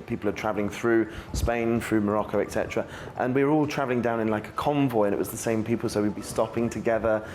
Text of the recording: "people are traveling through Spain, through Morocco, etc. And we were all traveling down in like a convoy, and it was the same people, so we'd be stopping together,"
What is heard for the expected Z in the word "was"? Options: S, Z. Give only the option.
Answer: Z